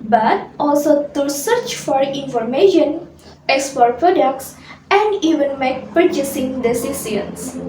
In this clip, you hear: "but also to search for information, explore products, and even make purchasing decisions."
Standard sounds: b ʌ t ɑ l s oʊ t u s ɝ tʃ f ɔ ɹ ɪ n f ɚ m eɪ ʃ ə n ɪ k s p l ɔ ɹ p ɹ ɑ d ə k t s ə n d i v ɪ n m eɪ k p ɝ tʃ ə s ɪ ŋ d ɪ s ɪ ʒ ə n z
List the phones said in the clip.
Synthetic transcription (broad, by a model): b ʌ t ɑ l s oʊ t u s ɝ tʃ f ɔ ɹ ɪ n f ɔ m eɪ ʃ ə n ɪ k s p ɔ ɹ p ɹ ɑ d ə k t s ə n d i v ɪ n m eɪ k p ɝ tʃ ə s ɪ ŋ d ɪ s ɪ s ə n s